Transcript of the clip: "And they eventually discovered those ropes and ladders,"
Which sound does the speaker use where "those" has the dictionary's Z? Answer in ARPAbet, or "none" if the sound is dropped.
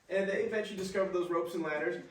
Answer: Z